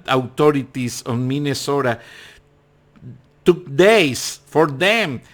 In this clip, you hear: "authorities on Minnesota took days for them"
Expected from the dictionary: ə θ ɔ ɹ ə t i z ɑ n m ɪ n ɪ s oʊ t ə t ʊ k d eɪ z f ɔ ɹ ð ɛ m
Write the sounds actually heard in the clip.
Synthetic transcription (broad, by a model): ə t ɔ ɹ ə t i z ɑ n m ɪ n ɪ s oʊ t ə t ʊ k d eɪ s f ɔ ɹ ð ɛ m